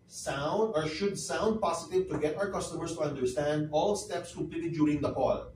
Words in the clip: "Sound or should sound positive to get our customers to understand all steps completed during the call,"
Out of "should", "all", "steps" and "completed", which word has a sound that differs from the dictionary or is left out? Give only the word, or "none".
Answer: completed